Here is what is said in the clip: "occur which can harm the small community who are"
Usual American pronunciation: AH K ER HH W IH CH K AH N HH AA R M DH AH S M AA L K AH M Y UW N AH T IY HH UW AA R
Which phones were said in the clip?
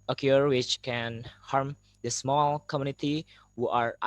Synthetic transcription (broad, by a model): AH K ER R W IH CH K AH N HH AA R M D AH S M AA L K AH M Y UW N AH T IY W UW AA R